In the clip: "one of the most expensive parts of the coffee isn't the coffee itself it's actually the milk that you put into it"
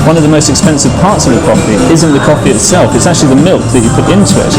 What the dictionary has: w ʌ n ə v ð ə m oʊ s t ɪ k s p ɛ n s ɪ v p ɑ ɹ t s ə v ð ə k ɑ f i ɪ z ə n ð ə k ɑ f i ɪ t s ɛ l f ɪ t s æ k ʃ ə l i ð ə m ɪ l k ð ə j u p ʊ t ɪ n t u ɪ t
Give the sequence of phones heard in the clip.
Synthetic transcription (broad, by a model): w ʌ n ə v ð ə m oʊ s t ɪ k s p ɛ n s ɪ v p ɑ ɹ t s ə v ð ə k ɑ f i ɪ z ə n ð ə k ɑ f i ɪ t s ɛ l f ɪ t s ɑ k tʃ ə l i ð ə m ɪ l k ð ə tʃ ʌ p ʊ t ɪ n t u ɪ t